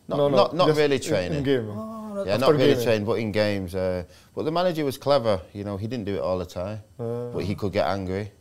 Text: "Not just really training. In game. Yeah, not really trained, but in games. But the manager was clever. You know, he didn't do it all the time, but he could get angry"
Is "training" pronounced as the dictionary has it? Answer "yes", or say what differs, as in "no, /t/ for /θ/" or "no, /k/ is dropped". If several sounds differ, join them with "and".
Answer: no, /n/ is dropped